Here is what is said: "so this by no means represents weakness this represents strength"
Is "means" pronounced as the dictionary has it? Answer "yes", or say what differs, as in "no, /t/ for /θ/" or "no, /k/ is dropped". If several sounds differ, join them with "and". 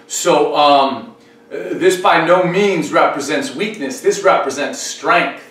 yes